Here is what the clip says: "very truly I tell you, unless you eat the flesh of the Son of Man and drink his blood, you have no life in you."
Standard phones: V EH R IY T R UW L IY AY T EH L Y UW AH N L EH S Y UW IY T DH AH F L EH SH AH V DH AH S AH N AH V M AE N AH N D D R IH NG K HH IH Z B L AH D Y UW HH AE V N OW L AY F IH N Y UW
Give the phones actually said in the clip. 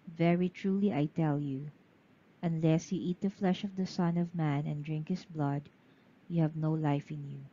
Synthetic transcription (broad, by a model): V EH R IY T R UW L IY AY T EH L Y UW AH N L EH S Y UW IY T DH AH F L EH SH AH V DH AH S AH N AH V M AE N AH N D D R IH NG K HH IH S B L AH D Y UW HH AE V N OW L AY F IH N Y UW